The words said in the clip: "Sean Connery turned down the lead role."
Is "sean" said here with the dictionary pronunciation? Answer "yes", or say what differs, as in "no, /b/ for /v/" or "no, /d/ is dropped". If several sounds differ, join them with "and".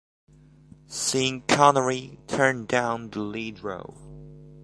no, /s/ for /ʃ/